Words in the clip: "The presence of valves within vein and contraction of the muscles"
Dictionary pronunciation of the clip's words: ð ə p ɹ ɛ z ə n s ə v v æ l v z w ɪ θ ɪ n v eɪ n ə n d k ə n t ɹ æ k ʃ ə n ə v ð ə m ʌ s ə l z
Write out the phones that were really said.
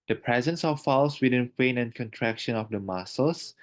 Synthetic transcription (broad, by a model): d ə p ɹ ɛ z ə n s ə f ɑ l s w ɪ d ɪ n f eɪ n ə n k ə n t ɹ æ k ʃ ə n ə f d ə m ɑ s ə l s